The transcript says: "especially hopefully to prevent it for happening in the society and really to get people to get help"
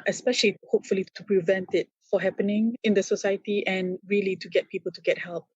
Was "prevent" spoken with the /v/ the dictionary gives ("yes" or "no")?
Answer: yes